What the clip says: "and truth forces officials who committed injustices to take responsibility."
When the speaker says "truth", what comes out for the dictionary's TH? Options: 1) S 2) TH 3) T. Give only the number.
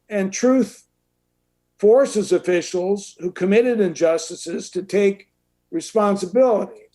2